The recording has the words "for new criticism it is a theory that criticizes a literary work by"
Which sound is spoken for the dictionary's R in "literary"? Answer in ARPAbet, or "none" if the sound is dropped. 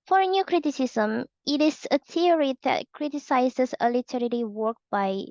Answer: L